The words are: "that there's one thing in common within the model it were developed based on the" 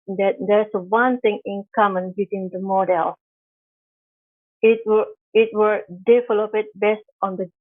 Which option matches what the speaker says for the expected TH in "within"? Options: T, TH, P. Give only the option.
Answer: T